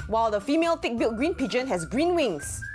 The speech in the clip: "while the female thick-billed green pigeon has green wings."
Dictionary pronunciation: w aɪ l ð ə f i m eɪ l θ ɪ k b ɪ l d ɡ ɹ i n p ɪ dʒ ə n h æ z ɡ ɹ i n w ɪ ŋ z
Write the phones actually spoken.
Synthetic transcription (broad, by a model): w aɪ l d ə f i m eɪ l t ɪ k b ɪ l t ɡ ɹ i n p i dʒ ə n h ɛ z ɡ ɹ i n w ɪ ŋ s